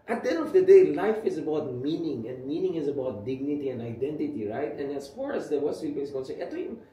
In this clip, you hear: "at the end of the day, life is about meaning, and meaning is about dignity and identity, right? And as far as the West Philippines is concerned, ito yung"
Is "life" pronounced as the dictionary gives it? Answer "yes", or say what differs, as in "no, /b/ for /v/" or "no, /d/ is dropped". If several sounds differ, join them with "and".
yes